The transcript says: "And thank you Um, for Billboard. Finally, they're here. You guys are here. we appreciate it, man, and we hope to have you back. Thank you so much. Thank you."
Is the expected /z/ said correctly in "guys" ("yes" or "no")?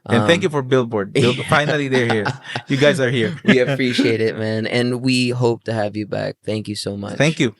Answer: yes